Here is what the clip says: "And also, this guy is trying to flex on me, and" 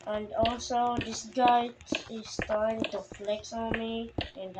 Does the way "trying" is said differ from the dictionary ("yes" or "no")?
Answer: yes